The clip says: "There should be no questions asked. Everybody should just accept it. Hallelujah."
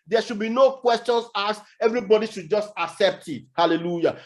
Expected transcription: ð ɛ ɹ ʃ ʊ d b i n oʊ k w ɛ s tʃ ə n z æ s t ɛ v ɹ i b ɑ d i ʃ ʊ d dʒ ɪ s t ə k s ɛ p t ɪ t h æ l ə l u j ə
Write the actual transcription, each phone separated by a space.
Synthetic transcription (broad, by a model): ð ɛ ʃ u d b i n oʊ k w ɛ s tʃ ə n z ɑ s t ɛ v ɹ i b ɑ d i ʃ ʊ d dʒ ɪ s t ə k s ɛ p t ɪ t h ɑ l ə l u j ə